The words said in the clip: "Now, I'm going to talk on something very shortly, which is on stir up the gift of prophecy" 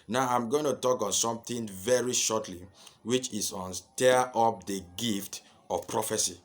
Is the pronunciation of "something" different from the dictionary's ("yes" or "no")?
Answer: yes